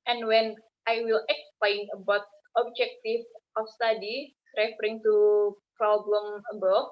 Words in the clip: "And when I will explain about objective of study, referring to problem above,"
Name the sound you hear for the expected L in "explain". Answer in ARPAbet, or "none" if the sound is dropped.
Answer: L